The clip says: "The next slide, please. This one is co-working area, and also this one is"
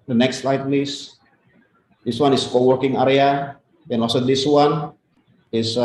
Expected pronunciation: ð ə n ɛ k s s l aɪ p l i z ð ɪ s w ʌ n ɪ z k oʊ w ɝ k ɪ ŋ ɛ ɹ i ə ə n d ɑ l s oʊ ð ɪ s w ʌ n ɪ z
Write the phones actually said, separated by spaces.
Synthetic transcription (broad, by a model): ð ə n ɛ k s s l aɪ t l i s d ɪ s w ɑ n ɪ s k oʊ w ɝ k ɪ ŋ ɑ ɹ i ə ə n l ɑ s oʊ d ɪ s w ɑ n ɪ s